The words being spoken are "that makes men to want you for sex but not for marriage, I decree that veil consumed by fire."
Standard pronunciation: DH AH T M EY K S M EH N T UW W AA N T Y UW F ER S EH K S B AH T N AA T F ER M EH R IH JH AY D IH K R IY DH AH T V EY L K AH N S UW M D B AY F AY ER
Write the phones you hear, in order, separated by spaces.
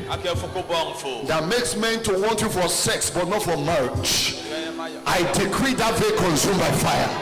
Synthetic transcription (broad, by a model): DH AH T M EY K S M EH N T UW W AA N T Y UW F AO S EH K S B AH T N AA T F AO M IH CH AY D IH K R IY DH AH T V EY K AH N S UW M B AY F AY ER